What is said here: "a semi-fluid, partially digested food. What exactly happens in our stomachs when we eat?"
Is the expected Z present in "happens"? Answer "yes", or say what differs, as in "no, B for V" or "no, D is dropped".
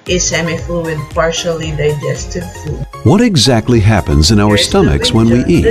yes